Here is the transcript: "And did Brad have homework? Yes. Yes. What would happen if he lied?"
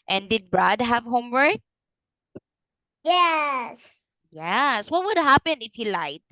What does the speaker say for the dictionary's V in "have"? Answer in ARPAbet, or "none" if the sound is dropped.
V